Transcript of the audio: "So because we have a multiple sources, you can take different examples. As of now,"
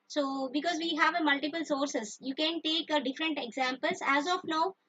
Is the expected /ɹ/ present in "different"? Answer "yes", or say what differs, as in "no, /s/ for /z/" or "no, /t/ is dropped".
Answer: yes